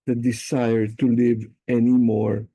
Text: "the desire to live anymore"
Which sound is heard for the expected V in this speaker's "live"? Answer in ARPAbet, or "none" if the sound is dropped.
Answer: V